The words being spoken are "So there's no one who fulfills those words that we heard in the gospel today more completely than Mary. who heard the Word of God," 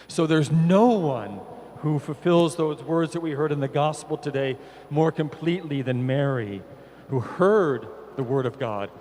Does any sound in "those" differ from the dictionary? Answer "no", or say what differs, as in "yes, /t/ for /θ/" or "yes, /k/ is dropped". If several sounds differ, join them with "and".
no